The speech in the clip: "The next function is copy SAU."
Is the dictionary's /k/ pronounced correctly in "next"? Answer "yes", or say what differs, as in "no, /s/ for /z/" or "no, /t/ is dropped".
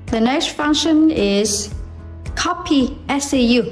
no, /k/ is dropped